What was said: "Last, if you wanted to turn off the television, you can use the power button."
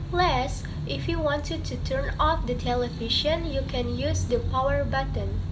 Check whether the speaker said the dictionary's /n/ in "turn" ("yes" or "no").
yes